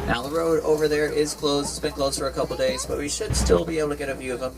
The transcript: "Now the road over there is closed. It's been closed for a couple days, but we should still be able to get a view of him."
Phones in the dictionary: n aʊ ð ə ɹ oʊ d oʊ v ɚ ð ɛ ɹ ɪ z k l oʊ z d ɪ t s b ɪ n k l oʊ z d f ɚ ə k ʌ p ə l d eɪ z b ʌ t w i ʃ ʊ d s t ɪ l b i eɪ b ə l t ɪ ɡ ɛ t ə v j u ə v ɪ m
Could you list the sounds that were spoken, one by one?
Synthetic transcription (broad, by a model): n aʊ ð ə ɹ oʊ d oʊ v ɚ ð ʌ ɹ ɪ z k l oʊ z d ɪ t s b ɪ n k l oʊ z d f ɚ ə k ʌ p l d eɪ z b ʌ t w i ʃ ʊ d s t ɪ l b i eɪ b l t ɪ ɡ ɛ t ə v j u ə v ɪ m